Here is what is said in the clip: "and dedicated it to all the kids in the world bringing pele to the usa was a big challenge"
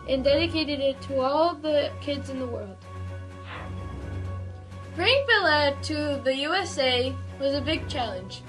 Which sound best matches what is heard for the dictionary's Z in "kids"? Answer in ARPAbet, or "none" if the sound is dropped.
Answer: Z